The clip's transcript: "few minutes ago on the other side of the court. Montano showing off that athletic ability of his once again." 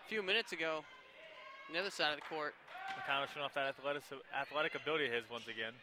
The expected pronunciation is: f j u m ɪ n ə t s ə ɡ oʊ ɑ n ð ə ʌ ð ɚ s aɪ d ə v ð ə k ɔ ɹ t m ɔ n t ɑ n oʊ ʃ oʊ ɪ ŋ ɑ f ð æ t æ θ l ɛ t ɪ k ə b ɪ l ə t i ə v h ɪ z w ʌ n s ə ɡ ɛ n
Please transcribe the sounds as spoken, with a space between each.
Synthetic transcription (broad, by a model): f j u m ɪ n ə t s ə ɡ oʊ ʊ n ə ʌ ð ɚ s aɪ d ə v ð ə k ɔ ɹ t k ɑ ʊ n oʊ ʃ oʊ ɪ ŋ ɑ f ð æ t æ θ l ɛ t ɪ k ə b ɪ l ə t i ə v h ɪ z w ʌ n s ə ɡ ɛ n